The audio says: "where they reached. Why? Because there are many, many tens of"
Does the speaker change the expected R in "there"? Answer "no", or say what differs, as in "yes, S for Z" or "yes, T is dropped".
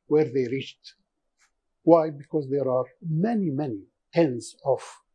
no